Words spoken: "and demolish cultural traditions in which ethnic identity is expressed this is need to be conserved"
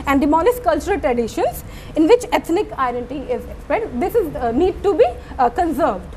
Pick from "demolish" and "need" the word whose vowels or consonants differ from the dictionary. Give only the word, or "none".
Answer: demolish